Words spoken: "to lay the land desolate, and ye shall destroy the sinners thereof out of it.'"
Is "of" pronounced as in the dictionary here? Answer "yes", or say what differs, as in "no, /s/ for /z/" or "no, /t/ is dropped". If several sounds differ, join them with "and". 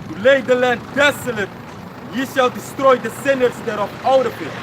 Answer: no, /p/ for /v/